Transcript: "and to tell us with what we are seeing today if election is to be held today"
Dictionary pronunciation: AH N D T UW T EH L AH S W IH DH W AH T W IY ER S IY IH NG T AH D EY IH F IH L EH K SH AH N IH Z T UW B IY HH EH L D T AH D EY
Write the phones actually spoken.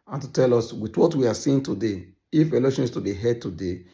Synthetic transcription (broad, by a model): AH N T UW T EH L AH S W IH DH W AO T W IY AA S IY IH NG T AH D EY IH F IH L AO SH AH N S T UW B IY HH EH D T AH D EY